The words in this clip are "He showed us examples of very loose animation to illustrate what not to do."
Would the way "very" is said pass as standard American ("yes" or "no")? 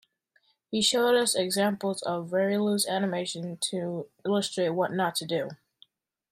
yes